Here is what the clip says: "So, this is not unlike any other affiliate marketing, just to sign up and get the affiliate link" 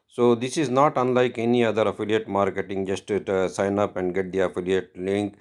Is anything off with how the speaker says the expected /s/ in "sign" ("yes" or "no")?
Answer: no